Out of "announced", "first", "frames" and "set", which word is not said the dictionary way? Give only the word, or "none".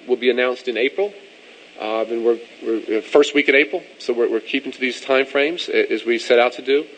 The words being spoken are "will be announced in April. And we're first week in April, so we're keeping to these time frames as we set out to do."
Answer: none